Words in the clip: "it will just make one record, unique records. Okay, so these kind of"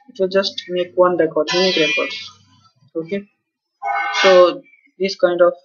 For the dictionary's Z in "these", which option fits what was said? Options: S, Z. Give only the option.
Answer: S